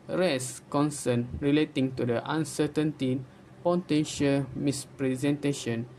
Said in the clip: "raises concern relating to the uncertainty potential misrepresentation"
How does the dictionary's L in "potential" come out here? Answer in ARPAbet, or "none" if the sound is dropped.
L